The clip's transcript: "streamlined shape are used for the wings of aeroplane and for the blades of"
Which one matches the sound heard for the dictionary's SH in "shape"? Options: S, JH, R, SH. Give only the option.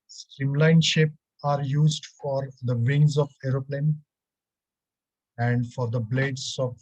SH